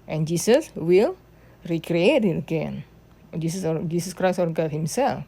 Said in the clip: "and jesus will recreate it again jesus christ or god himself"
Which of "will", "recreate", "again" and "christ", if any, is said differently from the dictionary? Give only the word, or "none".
christ